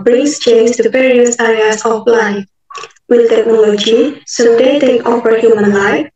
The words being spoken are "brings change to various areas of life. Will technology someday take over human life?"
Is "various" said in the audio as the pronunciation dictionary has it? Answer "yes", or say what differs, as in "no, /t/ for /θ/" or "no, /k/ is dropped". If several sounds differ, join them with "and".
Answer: no, /p/ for /v/